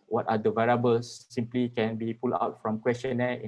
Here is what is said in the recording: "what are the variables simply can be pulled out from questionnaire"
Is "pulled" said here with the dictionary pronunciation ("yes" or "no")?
no